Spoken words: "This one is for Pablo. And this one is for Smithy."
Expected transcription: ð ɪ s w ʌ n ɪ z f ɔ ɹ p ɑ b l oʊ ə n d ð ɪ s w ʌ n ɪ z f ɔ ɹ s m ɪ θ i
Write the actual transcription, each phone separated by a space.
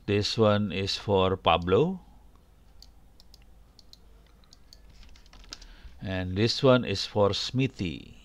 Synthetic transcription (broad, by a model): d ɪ s w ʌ n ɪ s f ɔ ɹ p ɑ b l oʊ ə n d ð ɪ s w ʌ n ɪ s f ɔ ɹ s m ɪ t i